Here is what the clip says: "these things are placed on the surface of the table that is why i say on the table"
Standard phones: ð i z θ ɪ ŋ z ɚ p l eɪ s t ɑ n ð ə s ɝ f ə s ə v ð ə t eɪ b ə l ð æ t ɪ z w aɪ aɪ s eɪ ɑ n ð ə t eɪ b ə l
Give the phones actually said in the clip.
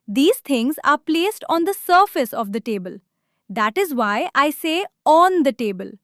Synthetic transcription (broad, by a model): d i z t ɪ ŋ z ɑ p l eɪ s t ɑ n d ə s ɝ f ə s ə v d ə t eɪ b ə l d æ t ɪ z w aɪ aɪ s eɪ ɑ n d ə t eɪ b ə l